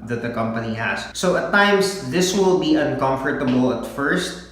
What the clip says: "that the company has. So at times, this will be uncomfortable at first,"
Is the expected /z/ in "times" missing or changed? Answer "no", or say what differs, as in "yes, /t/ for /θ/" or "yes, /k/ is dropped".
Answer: yes, /s/ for /z/